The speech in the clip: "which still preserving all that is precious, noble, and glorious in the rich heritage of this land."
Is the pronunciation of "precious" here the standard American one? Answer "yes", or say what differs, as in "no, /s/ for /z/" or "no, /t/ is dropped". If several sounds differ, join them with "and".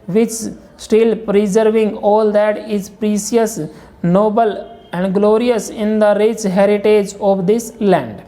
no, /s/ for /ʃ/